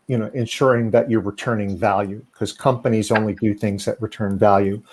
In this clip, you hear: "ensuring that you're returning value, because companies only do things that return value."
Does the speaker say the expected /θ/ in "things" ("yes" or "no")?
yes